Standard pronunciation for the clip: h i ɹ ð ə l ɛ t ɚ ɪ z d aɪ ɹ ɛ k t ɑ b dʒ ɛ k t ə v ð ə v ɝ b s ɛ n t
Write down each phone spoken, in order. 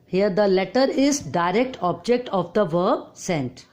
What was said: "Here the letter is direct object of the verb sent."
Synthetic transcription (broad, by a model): h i ɹ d ə l ɛ t ɚ ɪ z d aɪ ɹ ɛ k t ɑ b dʒ ɛ k t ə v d ə v ɝ b s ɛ n t